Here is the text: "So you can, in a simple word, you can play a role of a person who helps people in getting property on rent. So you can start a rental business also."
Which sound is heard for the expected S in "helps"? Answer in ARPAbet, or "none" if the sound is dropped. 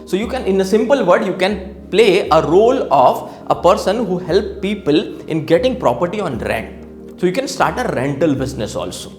none